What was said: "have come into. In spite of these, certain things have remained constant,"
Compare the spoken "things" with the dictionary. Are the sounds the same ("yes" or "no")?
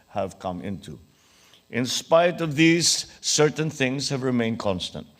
yes